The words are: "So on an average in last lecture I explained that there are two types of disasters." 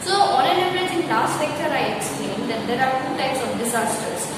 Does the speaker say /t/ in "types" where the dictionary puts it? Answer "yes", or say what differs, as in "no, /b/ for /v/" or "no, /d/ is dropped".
yes